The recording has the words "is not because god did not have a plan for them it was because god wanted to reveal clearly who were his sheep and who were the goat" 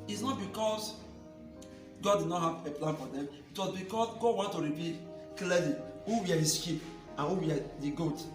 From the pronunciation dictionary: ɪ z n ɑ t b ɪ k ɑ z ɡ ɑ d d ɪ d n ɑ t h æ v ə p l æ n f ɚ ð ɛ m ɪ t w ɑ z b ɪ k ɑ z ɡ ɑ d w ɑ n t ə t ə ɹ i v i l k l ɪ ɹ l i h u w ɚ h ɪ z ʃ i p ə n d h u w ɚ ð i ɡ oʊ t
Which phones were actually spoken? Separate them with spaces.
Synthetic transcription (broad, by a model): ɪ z n ɑ t b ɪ k ɑ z ɡ ɑ d d ɪ d n ɑ t h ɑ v ə p l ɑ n f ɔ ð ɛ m ɪ t w ɑ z b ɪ k ɑ s ɡ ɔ w ɑ n t ə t ɹ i p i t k l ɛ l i h u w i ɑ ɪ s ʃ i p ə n h u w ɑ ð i ɡ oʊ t